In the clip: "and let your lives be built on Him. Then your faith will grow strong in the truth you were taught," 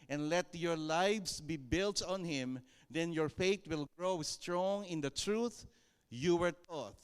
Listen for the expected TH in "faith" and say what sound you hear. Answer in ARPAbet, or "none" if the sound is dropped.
T